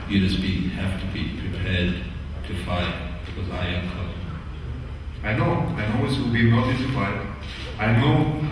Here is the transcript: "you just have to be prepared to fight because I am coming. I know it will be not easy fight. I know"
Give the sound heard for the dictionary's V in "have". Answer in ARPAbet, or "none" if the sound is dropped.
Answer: F